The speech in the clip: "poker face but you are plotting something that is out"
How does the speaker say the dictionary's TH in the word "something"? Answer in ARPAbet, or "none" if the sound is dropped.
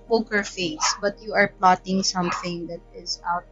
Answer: TH